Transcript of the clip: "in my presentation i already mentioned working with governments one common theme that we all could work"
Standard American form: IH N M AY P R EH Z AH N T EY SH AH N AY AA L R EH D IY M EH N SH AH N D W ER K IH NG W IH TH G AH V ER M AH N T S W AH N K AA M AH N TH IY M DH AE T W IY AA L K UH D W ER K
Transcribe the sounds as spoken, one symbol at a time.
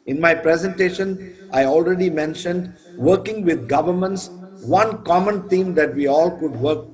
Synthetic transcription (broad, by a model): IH N M AY P R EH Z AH N T EY SH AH N AY AA L R EH D IY M EH N SH AH N D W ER K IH NG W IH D G AH V ER M AH N T S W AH N K AA M AH N T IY M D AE T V IY AA L K UH D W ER K